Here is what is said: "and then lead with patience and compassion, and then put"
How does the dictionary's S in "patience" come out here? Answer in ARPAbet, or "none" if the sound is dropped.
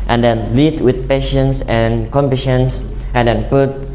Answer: S